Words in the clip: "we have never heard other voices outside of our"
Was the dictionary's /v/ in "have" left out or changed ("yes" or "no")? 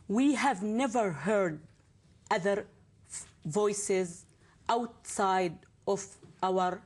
no